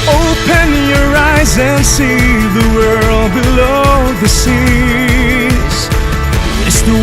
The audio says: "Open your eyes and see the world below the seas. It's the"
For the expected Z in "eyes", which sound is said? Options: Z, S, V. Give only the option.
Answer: Z